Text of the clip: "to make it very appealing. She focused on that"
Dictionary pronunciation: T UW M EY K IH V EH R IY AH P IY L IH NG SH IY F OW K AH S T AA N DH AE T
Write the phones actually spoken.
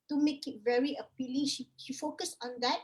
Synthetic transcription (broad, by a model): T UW M EY K IH V EH R IY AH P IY L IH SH SH IY F OW K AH S AA N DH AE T